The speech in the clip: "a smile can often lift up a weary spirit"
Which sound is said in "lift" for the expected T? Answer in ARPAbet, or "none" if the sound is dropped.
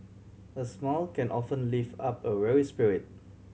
none